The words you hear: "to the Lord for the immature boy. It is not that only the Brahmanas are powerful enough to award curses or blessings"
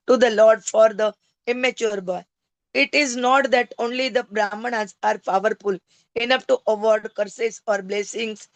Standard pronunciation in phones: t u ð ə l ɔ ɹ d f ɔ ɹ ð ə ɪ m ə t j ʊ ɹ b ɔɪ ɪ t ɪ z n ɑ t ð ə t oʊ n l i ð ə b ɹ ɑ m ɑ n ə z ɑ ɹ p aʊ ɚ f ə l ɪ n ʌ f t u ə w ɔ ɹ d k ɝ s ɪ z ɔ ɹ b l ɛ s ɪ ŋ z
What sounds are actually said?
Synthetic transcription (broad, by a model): t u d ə l ɔ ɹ d f ɔ ɹ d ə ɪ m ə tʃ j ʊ ɹ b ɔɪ ɪ t ɪ z n ɑ t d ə t oʊ n l i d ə b ɹ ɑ m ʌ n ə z ɑ ɹ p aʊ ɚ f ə l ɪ n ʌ p t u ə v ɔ ɹ d k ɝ s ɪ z ɔ ɹ b l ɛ s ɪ ŋ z